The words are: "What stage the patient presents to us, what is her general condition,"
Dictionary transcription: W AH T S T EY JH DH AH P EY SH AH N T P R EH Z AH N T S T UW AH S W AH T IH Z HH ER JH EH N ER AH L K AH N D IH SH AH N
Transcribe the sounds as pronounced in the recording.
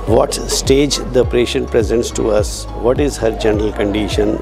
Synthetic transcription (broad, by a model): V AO T S T EY JH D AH P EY SH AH N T P R EH Z AH N T S T UW AH S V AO T IH Z HH ER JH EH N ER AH L K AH N D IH SH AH N